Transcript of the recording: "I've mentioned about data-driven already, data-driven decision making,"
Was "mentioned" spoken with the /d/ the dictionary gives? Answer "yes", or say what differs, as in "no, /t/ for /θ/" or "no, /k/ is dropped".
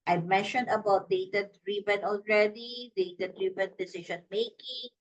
yes